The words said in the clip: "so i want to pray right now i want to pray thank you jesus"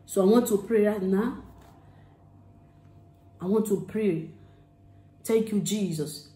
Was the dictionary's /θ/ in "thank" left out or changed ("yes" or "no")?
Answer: yes